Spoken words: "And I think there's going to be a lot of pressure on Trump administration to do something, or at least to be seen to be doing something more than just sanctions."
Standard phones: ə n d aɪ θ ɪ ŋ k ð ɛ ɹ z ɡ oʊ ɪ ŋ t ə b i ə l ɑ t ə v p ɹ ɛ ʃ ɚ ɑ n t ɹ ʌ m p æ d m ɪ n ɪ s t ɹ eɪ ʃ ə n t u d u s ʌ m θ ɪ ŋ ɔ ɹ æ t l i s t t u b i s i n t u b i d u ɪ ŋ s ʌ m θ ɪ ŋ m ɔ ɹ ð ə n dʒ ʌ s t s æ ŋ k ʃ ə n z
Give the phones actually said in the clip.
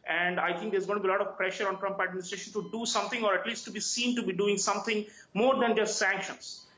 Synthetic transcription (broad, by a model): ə n d aɪ t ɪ ŋ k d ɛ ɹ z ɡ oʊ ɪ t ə b i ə l ɑ t ə v p ɹ ɛ ʃ ɚ ɑ n t ɹ ʌ m p æ d m ɪ n ɪ s t ɹ eɪ ʃ ə n t u d u s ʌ m t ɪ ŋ ɔ ɹ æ t l i s t t u b i s i n t u b i d u ɪ ŋ s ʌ m t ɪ ŋ m ɔ ɹ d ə n dʒ ʌ s t s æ ŋ k ʃ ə n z